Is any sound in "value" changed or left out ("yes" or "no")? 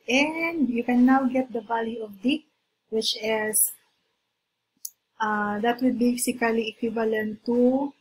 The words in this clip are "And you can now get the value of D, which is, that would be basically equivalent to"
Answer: yes